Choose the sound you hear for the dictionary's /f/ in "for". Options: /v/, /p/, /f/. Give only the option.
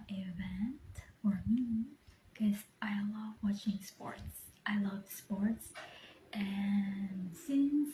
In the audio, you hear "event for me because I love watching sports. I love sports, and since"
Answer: /f/